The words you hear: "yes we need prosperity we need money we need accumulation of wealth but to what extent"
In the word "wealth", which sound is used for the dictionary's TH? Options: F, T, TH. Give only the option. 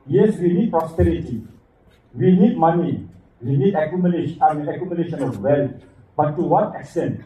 T